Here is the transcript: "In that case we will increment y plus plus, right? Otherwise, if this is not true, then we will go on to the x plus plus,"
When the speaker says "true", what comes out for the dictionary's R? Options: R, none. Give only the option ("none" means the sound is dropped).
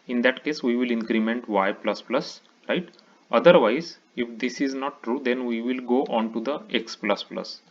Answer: R